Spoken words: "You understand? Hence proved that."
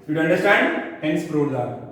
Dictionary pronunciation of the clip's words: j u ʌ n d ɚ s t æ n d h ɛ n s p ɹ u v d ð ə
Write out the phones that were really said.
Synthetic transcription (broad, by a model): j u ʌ n d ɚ s t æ n d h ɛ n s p ɹ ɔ d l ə